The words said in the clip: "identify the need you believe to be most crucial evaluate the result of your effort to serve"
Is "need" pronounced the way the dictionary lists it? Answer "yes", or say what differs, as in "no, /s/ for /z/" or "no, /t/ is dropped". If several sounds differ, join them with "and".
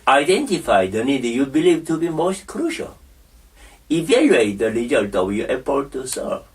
yes